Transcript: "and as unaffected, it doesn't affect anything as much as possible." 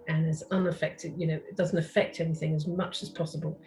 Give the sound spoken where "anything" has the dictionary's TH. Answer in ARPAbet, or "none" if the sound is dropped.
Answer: TH